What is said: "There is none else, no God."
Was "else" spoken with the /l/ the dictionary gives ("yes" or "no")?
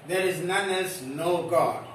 no